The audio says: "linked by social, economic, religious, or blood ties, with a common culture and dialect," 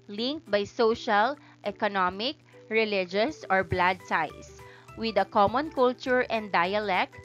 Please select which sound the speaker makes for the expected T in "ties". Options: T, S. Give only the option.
S